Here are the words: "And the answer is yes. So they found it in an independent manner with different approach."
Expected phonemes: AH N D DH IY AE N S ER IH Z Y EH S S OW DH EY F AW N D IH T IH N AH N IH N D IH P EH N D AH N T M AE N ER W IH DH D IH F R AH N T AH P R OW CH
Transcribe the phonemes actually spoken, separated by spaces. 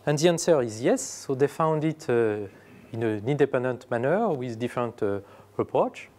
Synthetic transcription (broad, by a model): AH N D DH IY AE N S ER IH Z Y EH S S OW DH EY F AW N D IH T IH N AH N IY N D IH P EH N D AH N T M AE N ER W IH DH D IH F R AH N T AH P R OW CH